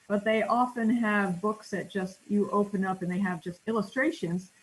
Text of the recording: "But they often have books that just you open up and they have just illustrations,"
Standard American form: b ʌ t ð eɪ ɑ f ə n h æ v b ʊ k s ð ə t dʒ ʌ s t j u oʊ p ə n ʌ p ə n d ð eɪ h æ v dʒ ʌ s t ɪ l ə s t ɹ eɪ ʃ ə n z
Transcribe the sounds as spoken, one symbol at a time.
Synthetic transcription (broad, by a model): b ʌ t ð eɪ ɑ f ə n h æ v b ʊ k s ð ə t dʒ ʌ s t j oʊ p ə n ʌ p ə n ð eɪ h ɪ v dʒ ʌ s t ɪ l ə s t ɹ eɪ ʃ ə n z